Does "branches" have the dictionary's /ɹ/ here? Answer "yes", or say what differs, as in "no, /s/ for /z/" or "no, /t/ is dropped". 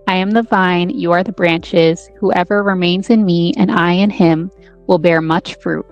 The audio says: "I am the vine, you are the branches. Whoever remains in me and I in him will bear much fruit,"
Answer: yes